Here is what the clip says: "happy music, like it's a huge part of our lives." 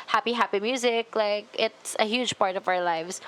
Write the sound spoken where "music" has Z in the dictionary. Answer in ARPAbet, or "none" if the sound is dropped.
Z